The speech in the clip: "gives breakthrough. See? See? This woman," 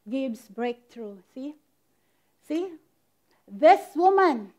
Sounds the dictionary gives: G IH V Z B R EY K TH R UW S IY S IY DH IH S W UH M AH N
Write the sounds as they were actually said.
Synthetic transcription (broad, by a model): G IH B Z B R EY K T R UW S IY S IY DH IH S W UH M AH N